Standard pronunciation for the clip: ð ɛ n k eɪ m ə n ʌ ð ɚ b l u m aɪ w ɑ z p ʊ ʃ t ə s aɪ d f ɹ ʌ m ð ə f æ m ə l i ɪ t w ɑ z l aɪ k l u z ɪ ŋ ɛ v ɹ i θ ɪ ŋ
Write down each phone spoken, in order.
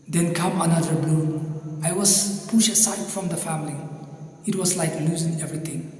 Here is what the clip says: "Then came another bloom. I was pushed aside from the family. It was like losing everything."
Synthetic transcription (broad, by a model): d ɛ n k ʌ m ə n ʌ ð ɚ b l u aɪ w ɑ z p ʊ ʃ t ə s aɪ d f ɹ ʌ m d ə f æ m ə l i ɪ t w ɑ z l aɪ k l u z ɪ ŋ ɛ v ɹ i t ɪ ŋ